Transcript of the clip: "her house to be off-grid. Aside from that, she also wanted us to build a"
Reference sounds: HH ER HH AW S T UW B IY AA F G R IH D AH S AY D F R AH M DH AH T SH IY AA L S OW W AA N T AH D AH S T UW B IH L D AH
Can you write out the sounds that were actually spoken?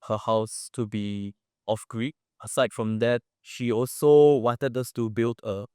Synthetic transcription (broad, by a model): HH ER HH AW S T UW B IY AA F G R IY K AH S AY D F R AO M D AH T SH IY AA L S OW W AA N T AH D AH S T UW B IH L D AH